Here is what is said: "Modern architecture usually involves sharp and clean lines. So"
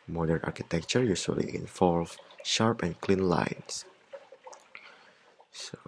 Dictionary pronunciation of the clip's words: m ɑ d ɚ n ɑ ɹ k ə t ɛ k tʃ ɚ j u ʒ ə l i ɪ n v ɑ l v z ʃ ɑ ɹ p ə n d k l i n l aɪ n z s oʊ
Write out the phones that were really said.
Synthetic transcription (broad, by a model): m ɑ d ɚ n ɑ ɹ k ə t ɛ k tʃ ɚ j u s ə l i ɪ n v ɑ l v ʃ ɑ ɹ p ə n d k l i n l aɪ n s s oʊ